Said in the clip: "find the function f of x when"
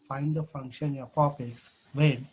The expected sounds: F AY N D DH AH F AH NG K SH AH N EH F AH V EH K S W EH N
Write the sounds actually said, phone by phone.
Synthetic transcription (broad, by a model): F AY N D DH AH F AH NG K SH AH N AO P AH P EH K S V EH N